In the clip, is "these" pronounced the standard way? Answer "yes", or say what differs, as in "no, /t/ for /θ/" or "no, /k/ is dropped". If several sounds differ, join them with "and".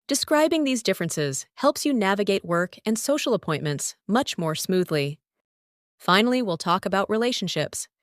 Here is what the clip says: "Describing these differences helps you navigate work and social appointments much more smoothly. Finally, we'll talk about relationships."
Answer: yes